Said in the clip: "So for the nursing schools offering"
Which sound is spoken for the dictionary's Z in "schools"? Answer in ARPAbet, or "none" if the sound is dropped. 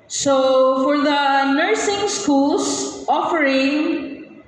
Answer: S